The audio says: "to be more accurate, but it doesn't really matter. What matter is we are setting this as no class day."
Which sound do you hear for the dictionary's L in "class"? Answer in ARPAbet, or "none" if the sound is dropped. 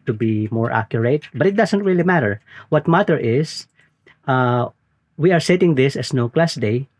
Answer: L